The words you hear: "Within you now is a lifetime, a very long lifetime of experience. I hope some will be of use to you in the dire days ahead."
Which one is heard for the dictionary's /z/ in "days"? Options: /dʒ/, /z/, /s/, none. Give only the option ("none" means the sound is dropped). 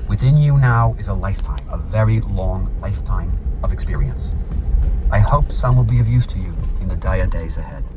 /z/